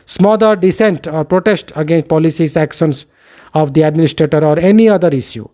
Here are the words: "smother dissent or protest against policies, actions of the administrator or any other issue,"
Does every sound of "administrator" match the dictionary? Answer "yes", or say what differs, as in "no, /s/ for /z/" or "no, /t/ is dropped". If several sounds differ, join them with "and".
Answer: yes